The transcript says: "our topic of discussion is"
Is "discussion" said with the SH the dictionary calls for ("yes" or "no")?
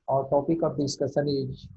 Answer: no